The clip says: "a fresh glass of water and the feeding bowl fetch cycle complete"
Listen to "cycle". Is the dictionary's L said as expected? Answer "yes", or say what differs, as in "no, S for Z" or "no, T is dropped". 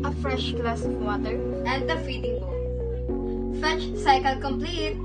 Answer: yes